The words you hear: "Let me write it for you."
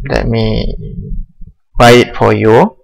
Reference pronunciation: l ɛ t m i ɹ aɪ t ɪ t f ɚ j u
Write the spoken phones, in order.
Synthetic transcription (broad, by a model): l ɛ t m i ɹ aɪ ɪ t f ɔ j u